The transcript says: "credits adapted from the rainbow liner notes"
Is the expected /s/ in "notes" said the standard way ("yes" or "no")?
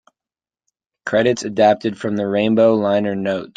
no